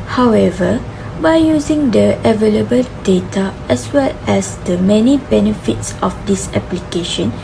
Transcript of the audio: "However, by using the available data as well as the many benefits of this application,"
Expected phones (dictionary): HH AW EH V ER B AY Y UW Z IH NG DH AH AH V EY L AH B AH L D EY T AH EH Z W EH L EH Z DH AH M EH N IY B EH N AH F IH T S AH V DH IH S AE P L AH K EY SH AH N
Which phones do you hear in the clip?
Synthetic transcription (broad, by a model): HH AW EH V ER B AY Y UW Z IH NG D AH AH V EY L AH B AH L D EY T AH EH S W EH L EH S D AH M EH N IY B EH N AH F IH T S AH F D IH S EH P L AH K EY SH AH N